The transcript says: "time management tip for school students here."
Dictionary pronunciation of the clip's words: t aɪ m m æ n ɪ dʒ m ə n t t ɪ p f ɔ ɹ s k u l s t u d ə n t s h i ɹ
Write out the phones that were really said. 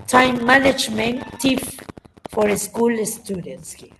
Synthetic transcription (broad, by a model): t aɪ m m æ n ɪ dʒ m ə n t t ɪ f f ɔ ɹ s k u l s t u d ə n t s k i